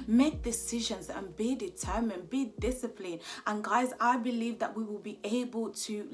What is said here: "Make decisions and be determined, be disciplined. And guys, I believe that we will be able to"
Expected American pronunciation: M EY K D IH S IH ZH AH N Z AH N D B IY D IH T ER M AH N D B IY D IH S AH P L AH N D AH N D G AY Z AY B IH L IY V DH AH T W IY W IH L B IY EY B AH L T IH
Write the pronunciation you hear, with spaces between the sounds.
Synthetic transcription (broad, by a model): M EY K D IH S IH ZH AH N Z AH N B IY D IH T ER M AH N B IY D IH S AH P L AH N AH N G AY Z AY B IH L IY V DH AH T W IY W IH L B IY EY B AH L T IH